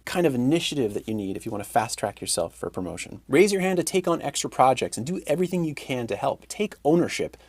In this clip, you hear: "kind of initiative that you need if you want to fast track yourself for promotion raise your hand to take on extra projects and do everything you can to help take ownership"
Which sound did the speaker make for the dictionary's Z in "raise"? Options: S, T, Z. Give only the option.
Z